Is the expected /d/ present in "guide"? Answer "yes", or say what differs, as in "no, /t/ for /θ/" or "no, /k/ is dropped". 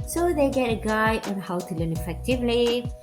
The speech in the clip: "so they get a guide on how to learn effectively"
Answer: no, /d/ is dropped